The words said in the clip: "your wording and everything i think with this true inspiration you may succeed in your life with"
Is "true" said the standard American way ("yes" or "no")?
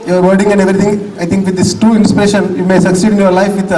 no